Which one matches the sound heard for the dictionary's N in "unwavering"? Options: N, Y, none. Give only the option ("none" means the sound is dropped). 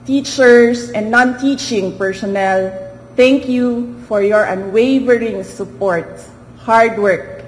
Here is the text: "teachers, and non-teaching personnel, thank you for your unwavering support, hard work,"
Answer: N